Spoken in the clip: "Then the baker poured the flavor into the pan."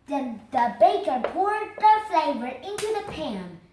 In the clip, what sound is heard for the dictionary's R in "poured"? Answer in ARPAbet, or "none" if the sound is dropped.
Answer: R